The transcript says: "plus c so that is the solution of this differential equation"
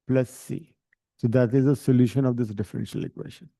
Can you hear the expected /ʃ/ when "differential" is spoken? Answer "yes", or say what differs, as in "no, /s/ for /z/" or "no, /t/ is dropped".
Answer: yes